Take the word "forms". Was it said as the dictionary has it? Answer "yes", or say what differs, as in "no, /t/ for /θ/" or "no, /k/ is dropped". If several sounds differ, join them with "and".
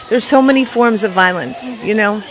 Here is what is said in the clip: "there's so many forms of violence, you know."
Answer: yes